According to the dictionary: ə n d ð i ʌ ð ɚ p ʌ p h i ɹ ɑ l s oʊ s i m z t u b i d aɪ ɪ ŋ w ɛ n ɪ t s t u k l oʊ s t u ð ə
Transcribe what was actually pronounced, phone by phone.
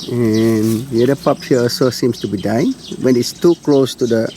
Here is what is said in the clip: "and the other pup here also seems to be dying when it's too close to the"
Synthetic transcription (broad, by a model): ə n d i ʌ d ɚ p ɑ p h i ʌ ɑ s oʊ s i m s t u b i d aɪ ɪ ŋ w ɛ n ɪ t s t u k l oʊ s t u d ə